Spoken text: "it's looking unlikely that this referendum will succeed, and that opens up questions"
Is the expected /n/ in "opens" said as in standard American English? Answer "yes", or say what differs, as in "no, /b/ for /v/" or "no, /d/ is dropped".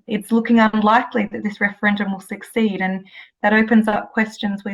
yes